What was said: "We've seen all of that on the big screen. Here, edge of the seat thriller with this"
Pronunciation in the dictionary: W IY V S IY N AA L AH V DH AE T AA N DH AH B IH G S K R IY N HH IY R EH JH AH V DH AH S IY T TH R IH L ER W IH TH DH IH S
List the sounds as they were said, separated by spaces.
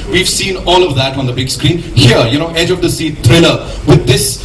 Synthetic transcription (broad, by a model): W IY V S IY N AA L AH V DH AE T AA N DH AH B IH G S K R IY N HH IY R EH JH AH V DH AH S IY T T R IH L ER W IH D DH IH S